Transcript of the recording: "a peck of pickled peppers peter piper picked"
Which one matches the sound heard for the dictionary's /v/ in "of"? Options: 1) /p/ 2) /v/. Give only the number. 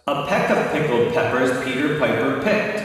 1